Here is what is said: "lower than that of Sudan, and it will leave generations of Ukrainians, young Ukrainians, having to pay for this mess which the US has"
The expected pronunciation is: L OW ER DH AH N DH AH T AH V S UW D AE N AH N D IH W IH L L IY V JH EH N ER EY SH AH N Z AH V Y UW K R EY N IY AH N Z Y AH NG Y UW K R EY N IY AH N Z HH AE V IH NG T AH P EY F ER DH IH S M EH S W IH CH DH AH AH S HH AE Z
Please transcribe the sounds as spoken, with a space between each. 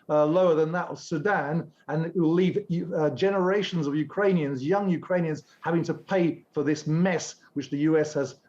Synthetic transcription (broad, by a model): L OW ER DH AH N DH AH T AH V S UW D AE N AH N IH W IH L L IY V JH EH N ER EY SH AH N Z AH V Y UW K R EY N IY AH N Z Y AH NG Y UW K R EY N IY AH N Z HH AE V IH NG T AH P EY F ER DH IH S M EH S W IH CH DH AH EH S HH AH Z